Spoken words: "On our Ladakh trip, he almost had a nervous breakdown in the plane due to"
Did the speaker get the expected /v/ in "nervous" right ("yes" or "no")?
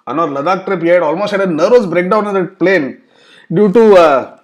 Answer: no